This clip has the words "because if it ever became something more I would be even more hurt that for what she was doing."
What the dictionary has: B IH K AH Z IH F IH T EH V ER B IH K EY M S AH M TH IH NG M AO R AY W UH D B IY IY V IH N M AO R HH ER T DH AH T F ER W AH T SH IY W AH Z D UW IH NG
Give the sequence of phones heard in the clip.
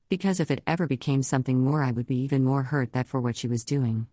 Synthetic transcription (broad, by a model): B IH K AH Z IH F IH T EH V ER B IH K EY M S AH M TH IH NG M AO R AY W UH D B IY IY V IH N M AO R HH ER T DH AH T F ER W AH T SH IY W AH Z D UW IH NG